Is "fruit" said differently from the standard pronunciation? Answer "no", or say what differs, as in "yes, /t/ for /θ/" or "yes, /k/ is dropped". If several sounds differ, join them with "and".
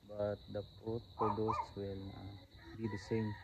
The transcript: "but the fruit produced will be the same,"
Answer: yes, /p/ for /f/